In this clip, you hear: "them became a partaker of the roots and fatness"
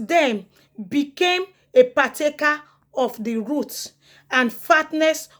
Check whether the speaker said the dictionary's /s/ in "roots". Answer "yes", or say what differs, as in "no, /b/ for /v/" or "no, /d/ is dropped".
no, /s/ is dropped